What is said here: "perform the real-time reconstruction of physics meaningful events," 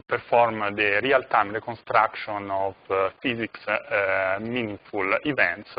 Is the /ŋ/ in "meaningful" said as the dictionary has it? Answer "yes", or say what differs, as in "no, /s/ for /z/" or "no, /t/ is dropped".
no, /ŋ/ is dropped